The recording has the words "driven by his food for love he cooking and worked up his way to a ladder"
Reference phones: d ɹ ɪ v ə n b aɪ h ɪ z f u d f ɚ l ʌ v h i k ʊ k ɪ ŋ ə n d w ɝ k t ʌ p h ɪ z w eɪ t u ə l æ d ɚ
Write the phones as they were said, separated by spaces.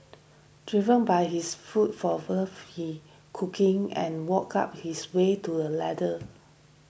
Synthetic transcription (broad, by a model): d ɹ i v ə n b aɪ h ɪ s f u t f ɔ w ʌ f h i k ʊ k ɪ ŋ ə n w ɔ k ɑ p h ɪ s w eɪ t u ə l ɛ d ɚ